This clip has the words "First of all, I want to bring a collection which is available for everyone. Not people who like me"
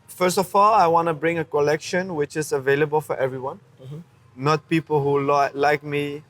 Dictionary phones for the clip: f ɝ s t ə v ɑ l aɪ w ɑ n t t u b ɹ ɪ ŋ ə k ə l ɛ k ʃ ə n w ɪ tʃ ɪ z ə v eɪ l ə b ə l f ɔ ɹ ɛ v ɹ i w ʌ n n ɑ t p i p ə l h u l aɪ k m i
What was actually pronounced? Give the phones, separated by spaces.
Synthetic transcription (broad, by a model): f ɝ s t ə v ɑ l aɪ w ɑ n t t u b ɹ ɪ ŋ ə k ə l ɛ k ʃ ə n w ɪ tʃ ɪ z ə v eɪ l ə b ə l f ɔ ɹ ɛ v ɹ i w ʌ n n ɑ t p i p ə l h u l aɪ k m i